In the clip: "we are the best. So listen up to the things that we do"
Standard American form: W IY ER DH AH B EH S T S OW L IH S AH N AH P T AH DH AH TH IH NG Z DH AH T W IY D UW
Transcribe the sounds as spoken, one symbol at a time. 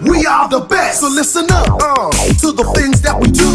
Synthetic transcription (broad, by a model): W IY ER DH AH B EH S T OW L IH S AH N AH P T AH DH AH TH IH NG Z DH AH T W IY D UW